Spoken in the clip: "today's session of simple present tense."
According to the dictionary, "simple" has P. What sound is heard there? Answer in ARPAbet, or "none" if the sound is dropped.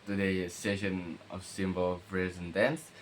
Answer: B